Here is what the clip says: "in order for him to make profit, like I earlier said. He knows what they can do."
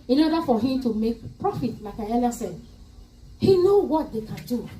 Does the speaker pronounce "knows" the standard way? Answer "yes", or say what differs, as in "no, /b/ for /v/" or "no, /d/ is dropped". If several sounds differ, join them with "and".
no, /z/ is dropped